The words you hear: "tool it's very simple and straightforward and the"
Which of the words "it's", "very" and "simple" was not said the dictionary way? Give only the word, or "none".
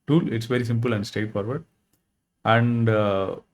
none